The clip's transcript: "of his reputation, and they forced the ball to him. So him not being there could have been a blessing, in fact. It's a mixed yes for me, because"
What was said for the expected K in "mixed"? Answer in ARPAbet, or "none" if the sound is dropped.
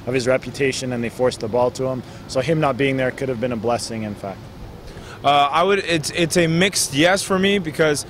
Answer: K